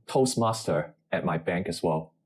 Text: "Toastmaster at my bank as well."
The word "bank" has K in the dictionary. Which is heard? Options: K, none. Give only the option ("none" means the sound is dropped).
K